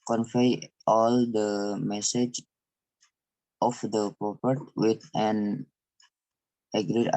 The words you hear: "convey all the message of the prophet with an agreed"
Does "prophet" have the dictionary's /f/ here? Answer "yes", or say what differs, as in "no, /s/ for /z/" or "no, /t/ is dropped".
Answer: no, /p/ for /f/